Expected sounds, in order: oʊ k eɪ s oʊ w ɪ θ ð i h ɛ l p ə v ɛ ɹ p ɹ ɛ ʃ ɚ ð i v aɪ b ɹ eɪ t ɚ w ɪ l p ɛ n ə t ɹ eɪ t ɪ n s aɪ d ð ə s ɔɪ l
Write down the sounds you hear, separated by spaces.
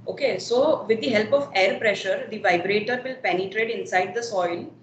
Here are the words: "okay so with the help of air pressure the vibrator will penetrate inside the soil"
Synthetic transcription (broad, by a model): oʊ k eɪ s oʊ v ɪ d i h ɛ l p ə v ɛ ɹ p ɹ ɛ ʃ ɚ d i v aɪ b ɹ eɪ t ɚ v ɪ l p ɛ n ə t ɹ eɪ t ɪ n s aɪ d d ə s ɔɪ l